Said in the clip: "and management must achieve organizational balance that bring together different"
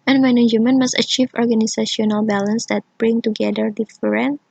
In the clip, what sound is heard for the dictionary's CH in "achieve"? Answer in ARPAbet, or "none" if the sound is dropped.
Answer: CH